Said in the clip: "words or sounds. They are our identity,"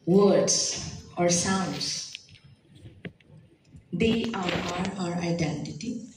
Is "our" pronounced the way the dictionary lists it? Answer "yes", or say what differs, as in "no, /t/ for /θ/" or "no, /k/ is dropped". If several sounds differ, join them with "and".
yes